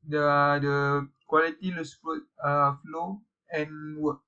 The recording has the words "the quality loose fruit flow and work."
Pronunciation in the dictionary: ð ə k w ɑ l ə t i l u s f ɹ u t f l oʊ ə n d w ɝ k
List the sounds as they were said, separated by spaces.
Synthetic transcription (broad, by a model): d ə k w ɑ l ə t i l u s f u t f l oʊ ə n w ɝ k